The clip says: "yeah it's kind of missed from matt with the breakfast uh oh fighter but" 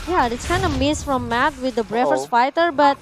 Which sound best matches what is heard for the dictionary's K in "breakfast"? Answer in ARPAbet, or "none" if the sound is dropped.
none